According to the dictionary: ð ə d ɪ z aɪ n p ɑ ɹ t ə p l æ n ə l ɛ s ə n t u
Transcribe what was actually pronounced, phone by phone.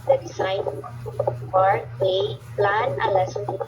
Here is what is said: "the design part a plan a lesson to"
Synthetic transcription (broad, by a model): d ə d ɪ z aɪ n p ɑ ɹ ə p l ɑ n ə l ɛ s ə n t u